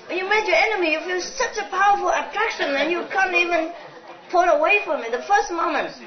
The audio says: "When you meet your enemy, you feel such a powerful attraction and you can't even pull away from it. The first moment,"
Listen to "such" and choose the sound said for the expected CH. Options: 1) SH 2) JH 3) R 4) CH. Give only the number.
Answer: 4